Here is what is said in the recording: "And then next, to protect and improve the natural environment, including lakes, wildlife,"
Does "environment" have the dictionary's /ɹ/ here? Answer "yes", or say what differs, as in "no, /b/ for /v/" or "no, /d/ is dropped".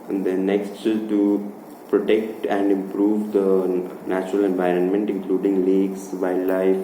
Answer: yes